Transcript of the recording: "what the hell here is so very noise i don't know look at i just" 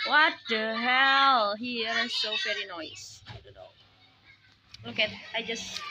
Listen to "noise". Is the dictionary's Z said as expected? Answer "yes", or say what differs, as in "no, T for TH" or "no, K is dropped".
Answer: no, S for Z